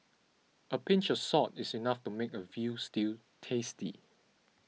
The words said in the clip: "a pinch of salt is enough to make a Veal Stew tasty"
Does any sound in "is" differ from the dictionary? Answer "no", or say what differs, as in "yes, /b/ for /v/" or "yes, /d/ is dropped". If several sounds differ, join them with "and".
yes, /s/ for /z/